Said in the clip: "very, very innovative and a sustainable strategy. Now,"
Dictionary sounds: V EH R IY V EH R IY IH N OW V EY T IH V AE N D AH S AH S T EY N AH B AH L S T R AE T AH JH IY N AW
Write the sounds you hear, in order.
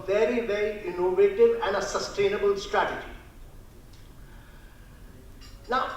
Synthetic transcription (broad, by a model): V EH R IY V EH R IY IH N OW V EY T IH V AE N D AH S AH S T EY N AH B AH L S T R AE T AH JH IY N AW